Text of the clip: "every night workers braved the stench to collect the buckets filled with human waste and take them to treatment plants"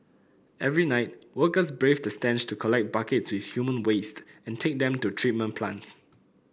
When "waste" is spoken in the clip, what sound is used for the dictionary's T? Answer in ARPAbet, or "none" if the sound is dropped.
T